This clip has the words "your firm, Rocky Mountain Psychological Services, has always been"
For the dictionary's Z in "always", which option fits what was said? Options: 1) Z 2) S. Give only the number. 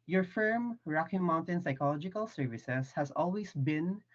2